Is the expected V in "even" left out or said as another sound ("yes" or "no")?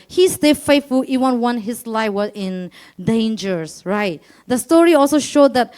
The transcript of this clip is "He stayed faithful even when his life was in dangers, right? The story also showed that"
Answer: yes